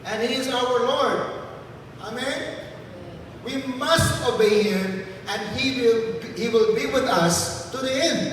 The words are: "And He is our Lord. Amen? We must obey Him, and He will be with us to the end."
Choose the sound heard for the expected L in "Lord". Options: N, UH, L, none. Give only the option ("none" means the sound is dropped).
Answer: L